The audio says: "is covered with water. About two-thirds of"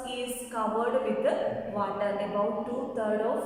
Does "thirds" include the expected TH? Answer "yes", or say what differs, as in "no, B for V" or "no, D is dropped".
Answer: no, T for TH